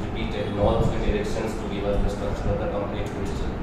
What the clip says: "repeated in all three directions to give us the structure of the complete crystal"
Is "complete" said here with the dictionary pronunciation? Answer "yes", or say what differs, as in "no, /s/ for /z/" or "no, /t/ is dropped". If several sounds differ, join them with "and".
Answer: no, /n/ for /l/